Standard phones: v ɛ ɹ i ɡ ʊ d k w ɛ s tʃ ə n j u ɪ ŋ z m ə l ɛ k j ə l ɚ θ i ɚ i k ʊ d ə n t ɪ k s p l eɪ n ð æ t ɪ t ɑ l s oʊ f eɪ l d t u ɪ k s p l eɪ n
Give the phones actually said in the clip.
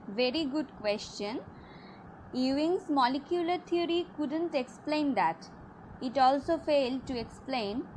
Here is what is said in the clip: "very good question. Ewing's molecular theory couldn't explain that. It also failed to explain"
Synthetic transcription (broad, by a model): v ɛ ɹ i ɡ ʊ d k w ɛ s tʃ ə n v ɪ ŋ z m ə l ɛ k j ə l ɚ t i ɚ i k ʊ d ə n t ɪ k s p l eɪ n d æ t ɪ t ɑ l s oʊ f eɪ l d t u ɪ k s p l eɪ n